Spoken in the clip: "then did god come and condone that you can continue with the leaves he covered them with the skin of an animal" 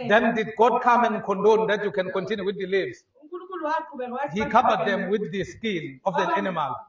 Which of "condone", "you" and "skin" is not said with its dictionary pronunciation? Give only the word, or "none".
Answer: skin